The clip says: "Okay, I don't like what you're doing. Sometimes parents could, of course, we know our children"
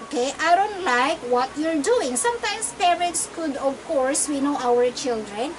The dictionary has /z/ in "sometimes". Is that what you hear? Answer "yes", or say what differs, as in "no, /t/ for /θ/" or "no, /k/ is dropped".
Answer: no, /s/ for /z/